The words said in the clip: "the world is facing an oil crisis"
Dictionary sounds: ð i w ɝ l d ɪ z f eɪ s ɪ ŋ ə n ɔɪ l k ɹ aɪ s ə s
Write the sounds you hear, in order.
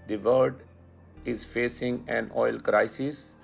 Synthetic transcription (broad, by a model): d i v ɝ d ɪ z f eɪ s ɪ ŋ ə n ɔɪ l k ɹ aɪ s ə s